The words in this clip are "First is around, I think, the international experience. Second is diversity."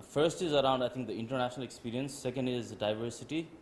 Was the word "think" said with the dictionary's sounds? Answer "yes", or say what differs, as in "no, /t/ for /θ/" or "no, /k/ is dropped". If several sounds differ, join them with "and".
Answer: no, /t/ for /θ/